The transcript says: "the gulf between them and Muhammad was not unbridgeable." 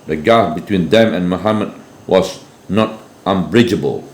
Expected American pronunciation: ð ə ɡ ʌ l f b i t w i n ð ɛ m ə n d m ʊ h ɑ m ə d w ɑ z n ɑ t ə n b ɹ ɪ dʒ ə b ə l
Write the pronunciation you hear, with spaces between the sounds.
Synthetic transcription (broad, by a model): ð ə ɡ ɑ f b i t w i n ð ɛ m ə n m ʊ h ɑ m ə d w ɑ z n ɑ t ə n b ɹ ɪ dʒ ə b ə l